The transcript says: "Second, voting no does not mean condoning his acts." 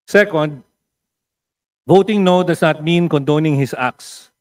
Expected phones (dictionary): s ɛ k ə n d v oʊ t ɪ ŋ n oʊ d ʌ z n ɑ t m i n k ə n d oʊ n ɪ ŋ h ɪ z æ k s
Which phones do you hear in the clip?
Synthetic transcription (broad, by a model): s ɛ k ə n d v oʊ t ɪ ŋ n oʊ d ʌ s n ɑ t m i n k ə n d oʊ n ɪ ŋ h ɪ s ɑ k s